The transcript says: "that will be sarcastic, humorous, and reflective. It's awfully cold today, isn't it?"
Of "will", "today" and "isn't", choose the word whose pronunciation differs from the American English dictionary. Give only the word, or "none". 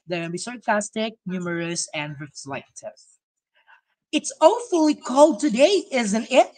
will